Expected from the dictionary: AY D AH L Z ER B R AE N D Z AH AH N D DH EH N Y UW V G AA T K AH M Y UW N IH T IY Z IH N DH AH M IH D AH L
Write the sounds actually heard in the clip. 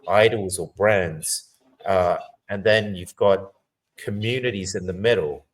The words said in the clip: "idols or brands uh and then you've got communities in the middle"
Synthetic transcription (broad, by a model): AY D L Z ER B R AE N D Z AH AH N DH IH N Y UW V G AA T K AH M Y UW N IH T IY Z IH N DH AH M IH D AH L